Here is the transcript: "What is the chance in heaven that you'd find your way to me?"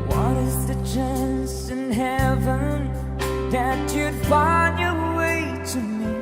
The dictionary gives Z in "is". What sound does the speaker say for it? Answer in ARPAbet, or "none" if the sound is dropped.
Z